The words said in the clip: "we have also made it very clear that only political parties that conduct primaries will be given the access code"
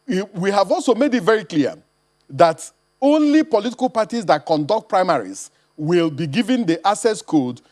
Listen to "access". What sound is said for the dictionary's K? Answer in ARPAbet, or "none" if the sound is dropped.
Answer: none